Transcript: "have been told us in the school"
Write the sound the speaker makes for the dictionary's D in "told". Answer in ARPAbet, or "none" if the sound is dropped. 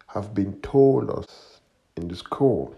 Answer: none